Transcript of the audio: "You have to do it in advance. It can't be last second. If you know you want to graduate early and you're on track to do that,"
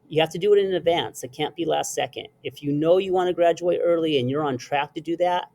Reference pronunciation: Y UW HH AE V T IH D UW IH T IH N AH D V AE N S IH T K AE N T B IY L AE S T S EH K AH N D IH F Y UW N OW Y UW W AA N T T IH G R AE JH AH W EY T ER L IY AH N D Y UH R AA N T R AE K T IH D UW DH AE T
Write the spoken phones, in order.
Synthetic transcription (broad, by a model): Y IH HH AE F T IH D IH T IH N AH D V AE N S IH T K AE N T B IY L AE S T S EH K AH N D IH F Y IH N OW Y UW W AA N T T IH G R AE JH AH W EY T ER L IY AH N Y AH R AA N T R AE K T IH D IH DH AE T